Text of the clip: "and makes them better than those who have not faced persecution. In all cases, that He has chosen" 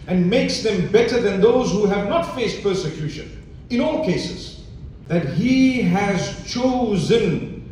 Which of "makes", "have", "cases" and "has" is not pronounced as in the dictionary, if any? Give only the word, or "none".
none